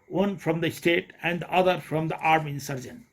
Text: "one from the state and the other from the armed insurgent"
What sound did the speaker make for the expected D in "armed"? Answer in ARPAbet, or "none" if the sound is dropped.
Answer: none